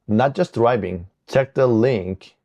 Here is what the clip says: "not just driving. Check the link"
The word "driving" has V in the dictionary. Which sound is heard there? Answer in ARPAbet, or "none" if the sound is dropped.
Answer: B